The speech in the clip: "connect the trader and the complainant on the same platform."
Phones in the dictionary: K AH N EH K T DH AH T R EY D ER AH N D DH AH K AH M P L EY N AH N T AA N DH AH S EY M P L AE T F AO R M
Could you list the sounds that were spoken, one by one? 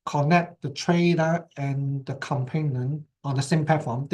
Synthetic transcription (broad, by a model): K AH N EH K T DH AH T R EY D ER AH N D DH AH K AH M P EY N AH N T AA N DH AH S EY M P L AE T F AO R M